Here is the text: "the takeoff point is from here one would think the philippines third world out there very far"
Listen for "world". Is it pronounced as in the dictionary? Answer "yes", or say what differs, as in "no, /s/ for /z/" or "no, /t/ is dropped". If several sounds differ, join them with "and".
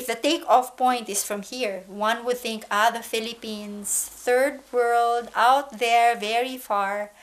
yes